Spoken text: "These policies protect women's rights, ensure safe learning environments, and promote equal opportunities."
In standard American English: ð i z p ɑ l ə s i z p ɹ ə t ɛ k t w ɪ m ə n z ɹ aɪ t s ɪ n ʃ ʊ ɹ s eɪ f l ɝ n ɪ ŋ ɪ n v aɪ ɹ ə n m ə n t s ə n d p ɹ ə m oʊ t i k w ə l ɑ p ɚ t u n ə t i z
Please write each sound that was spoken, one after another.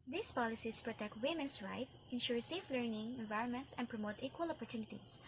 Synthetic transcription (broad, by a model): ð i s p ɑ l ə s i s p ɹ ə t ɛ k t w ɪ m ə n s ɹ aɪ t ɪ n ʃ ʊ ɹ s eɪ f l ɝ n ɪ ŋ ɪ n v aɪ ɹ ə n m ə n t s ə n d p ɹ ə m oʊ t i k w ə l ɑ p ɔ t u n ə t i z